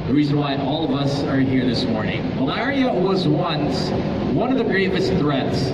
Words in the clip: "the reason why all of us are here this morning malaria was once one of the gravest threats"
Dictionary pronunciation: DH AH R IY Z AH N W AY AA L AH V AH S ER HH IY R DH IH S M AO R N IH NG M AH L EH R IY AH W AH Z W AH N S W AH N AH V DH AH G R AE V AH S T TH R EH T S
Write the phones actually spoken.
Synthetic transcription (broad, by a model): DH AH R IY Z AH N W AY AA L AH V AH S ER HH IY R DH IH S M AO R N IH NG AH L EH R IY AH W AH Z W AH N S W AH N AH V DH AH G R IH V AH S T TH R EH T S